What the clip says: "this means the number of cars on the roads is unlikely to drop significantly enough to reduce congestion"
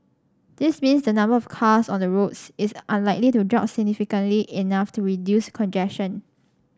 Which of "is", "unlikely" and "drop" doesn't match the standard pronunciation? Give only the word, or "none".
is